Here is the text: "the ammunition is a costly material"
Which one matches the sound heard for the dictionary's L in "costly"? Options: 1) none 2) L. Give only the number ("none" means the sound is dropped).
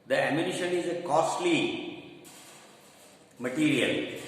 2